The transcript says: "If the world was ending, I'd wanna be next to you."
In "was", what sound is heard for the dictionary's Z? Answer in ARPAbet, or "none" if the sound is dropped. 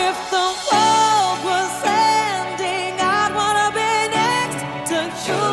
S